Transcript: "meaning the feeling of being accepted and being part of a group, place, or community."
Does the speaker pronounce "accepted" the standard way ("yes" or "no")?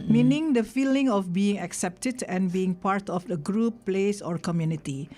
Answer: yes